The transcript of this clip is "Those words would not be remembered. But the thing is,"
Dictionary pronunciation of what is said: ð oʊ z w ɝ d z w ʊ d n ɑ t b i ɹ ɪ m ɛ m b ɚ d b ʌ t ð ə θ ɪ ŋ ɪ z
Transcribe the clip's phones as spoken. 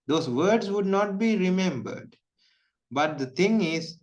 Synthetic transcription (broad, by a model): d oʊ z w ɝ d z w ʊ d n ɑ t b i ɹ ɪ m ɛ m b ɚ d b ʌ t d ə t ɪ ŋ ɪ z